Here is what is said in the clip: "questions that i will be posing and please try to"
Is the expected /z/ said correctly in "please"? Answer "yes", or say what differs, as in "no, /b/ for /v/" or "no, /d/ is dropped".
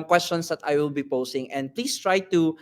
no, /s/ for /z/